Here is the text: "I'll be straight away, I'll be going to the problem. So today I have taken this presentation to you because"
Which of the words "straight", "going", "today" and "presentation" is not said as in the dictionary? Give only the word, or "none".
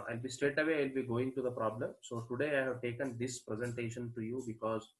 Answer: none